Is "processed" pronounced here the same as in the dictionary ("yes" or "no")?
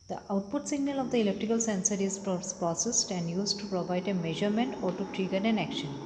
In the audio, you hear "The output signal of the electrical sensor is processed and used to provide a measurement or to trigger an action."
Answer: yes